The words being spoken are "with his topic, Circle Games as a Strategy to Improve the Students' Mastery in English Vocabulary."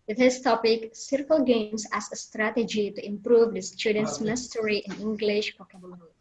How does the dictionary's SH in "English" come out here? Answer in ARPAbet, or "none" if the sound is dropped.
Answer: SH